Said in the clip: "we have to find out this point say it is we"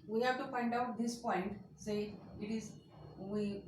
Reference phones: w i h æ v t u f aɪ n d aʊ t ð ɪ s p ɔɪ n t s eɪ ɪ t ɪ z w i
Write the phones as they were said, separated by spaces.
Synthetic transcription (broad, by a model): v i h æ v t u p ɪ n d aʊ t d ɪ s p ɔɪ n t s eɪ ɪ t ɪ z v i